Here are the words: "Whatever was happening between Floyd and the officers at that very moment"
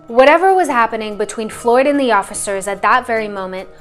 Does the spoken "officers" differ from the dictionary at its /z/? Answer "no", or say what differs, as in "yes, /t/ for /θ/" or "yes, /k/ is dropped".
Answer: no